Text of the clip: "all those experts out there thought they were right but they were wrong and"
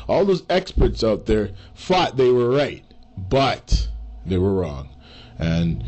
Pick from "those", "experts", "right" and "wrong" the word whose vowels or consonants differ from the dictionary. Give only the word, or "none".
none